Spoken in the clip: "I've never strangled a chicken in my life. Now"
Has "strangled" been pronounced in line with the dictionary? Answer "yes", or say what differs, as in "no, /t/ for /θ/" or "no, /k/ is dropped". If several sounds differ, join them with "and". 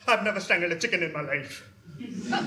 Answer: no, /ɹ/ is dropped